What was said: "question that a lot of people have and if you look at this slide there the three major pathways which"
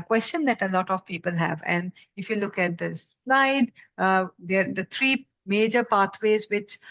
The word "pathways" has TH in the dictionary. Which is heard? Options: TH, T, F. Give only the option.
T